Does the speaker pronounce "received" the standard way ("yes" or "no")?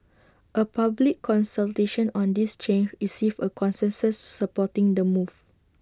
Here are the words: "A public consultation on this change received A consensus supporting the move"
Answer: no